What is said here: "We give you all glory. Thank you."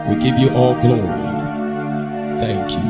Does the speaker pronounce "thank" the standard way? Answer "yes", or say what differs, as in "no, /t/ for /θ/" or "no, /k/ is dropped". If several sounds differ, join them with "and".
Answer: yes